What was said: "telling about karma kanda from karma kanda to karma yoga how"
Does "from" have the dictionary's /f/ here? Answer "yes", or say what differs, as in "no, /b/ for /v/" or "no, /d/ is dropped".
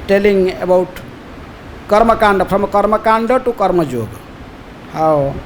no, /p/ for /f/